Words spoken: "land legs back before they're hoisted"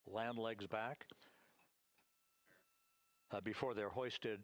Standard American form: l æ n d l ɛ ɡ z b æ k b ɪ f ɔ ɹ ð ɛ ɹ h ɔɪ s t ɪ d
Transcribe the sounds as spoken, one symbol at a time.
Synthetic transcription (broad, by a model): l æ n d l ɛ ɡ z b æ k b ɪ f ɔ ɹ ð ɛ ɹ h ɔɪ s t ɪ d